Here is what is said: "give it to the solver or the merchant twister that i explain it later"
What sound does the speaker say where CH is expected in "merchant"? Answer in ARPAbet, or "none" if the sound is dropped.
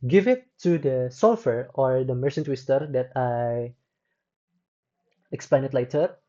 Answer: S